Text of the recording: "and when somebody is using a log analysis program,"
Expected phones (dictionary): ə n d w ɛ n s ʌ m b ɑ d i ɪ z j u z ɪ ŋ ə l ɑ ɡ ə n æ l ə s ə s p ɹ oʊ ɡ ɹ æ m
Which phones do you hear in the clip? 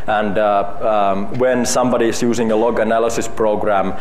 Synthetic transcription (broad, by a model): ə n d w ɛ n s ʌ m b ɑ d i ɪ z j u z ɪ ŋ ə l ɑ ɡ ə n æ l ə s ə s p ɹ oʊ ɡ ɹ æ m